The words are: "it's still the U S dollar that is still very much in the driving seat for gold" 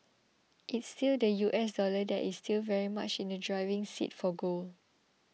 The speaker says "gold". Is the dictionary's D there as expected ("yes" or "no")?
no